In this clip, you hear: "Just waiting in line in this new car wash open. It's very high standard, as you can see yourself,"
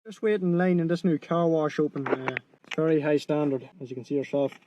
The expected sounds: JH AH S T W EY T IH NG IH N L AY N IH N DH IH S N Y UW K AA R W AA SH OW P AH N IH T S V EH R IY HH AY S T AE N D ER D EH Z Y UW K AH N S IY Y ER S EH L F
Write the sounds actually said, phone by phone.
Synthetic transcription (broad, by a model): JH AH S T W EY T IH IH N L AY N IH N DH IH S N Y UW K AA R W AA SH OW P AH N IH T S V EH R IY HH AY S T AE N D ER D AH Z Y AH K AH N S IY Y ER S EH L F